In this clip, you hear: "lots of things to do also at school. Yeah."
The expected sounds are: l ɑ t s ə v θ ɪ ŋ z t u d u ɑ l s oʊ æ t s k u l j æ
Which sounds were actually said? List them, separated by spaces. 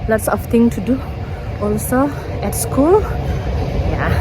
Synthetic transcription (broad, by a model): l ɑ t s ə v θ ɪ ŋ t u d u ɑ l s oʊ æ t s k u l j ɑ